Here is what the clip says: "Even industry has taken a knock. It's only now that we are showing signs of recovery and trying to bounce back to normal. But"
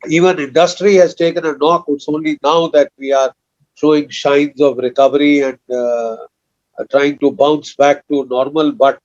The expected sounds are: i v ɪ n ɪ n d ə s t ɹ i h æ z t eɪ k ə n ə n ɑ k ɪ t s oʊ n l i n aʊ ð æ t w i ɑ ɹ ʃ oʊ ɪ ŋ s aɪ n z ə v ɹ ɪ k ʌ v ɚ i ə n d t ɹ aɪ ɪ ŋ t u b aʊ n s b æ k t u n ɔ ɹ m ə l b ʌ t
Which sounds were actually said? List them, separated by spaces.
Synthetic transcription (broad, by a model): i v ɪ n ɪ n d ə s t ɹ i h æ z t eɪ k ə n ə n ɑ k ɪ t s oʊ n l i n aʊ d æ t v i ɑ ɹ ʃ oʊ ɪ ŋ ʃ aɪ n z ə v ɹ ɪ k ʌ v ɚ i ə n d t ɹ aɪ ɪ ŋ t u b aʊ n s b æ k t u n ɔ ɹ m ə l b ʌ t